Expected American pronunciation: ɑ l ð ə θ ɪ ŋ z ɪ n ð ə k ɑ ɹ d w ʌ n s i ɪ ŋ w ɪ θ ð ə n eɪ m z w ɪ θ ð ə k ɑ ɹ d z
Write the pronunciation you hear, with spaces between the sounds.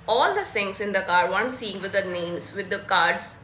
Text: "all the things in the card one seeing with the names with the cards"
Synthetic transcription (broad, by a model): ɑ l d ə s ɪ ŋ s ɪ n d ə k ɑ ɹ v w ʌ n s i ɪ ŋ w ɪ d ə n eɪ m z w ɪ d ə k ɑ ɹ d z